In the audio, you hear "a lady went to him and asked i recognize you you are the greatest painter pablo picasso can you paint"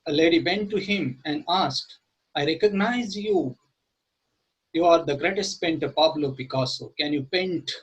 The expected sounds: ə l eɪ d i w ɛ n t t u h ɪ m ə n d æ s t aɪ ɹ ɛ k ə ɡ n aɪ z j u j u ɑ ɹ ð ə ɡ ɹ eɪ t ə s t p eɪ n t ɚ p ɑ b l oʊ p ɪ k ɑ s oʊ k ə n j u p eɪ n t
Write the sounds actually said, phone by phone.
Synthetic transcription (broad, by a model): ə l eɪ d i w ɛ n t t u h ɪ m ə n d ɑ s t aɪ ɹ ɛ k ə ɡ n aɪ z j u j u ɑ ɹ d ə ɡ ɹ eɪ t ə s t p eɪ n t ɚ p ɑ b l oʊ b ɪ k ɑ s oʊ k ə n j u p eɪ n t